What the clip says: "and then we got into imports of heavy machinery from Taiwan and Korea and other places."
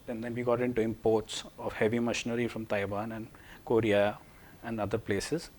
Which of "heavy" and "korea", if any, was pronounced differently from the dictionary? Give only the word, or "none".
none